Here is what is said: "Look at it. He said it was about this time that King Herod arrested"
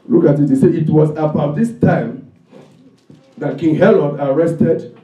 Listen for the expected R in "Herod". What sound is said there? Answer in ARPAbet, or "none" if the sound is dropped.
L